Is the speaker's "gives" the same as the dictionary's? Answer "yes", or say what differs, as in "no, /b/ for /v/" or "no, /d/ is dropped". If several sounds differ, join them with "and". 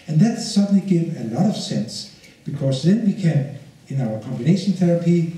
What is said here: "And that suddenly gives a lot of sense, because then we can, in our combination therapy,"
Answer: no, /z/ is dropped